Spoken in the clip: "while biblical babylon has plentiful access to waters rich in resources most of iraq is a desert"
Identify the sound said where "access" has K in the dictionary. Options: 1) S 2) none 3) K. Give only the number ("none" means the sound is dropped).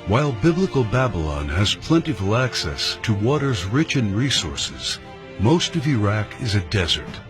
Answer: 3